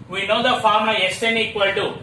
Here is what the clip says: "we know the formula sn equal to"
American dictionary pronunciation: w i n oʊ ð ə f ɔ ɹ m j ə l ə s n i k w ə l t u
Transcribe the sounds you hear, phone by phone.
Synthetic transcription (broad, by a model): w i n oʊ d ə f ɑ ɹ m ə ə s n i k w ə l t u